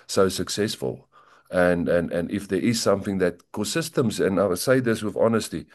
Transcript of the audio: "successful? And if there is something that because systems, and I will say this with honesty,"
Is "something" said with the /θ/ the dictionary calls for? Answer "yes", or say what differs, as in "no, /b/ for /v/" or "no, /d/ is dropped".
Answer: yes